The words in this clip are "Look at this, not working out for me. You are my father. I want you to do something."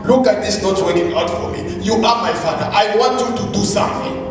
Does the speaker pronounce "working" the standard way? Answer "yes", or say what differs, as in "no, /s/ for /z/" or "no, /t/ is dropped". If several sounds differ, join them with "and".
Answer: no, /k/ is dropped